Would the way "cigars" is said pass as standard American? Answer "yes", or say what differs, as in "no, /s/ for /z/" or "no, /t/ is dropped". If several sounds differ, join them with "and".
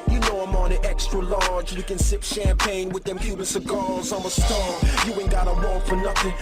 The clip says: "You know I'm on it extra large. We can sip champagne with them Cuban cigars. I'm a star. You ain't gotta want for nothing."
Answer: no, /l/ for /ɹ/